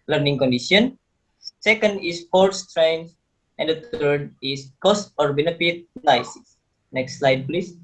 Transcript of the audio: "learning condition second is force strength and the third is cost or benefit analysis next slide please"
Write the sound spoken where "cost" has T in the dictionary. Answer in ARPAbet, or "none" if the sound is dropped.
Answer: T